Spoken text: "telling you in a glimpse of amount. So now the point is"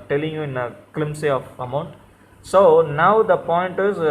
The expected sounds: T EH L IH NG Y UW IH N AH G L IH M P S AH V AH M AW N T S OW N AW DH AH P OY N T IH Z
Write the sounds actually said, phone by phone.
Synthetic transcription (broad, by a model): T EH L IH NG Y UW IH N AH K L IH M S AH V AH M AW N T S OW N AW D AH P OY N T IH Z